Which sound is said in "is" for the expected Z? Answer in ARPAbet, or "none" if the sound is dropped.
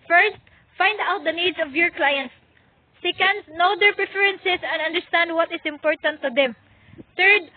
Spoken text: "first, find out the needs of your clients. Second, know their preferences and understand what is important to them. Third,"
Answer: S